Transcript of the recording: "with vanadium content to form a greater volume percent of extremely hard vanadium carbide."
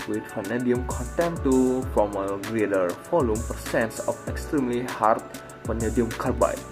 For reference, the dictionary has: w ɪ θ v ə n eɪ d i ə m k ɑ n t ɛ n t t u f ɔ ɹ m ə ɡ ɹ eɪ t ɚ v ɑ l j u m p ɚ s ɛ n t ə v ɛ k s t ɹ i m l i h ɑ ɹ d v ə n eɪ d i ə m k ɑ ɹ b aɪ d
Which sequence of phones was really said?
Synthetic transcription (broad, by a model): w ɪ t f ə n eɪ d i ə m k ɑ n t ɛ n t t u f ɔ m ə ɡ ɹ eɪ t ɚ f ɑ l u m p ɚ s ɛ n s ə f ɛ k s t ɹ i m l i h ɑ ɹ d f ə n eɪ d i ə m k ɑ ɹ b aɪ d